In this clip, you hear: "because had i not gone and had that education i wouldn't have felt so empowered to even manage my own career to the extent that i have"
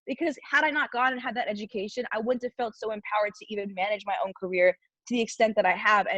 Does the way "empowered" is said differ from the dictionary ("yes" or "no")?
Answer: no